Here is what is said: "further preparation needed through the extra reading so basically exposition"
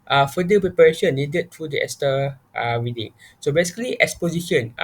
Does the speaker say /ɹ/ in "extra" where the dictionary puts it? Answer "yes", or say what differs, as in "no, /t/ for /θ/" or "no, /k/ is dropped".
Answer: no, /ɹ/ is dropped